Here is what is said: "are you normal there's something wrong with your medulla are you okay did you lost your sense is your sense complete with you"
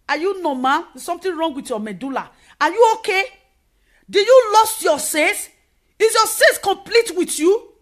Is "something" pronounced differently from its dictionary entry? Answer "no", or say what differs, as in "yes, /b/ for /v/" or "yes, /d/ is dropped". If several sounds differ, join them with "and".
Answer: yes, /t/ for /θ/